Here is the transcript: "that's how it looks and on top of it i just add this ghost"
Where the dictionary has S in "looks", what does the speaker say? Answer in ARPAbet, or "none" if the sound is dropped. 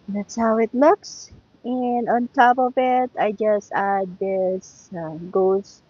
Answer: S